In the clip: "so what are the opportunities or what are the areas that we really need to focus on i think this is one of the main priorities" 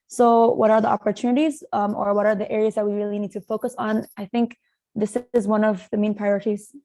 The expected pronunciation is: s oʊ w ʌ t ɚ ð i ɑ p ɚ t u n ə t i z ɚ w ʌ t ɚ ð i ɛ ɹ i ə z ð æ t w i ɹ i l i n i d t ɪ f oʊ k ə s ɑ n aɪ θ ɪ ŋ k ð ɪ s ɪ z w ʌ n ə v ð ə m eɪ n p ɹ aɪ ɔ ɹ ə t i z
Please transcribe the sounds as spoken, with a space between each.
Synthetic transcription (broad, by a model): s oʊ w ʌ t ɚ ð i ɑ p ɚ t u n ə t i z ɚ w ʌ t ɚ ð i ɛ ɹ i ə z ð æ t w i ɹ i l i n i d t ɪ f oʊ k ə s n aɪ θ ɪ ŋ k ð ɪ s ɪ z w ʌ n ə v ð ə m eɪ n p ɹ aɪ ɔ ɹ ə t i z